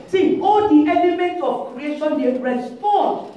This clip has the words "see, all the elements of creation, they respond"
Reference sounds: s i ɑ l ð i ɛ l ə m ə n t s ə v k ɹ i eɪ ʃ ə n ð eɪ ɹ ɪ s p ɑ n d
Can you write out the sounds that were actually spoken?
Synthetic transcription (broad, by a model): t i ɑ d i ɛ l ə m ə n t ə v k ɹ i eɪ ʃ ə n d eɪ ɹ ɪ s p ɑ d